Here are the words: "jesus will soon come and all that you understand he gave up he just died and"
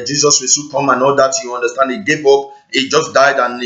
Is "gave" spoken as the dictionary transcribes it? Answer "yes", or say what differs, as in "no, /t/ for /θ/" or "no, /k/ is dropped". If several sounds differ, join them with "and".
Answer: no, /p/ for /v/